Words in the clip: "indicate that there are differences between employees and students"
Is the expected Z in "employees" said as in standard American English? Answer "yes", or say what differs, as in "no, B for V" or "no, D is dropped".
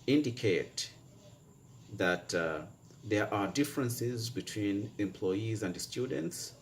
yes